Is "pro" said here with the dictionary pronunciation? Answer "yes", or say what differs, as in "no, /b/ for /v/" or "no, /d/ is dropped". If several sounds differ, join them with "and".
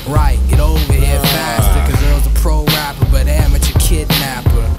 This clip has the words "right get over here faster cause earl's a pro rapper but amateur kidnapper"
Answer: yes